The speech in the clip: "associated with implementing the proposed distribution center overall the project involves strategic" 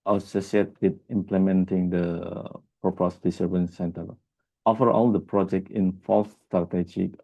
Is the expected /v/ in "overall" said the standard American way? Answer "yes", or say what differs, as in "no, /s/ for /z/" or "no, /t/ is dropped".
no, /f/ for /v/